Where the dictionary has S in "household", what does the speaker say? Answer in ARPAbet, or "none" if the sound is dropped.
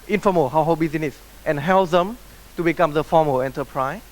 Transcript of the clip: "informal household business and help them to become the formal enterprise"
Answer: none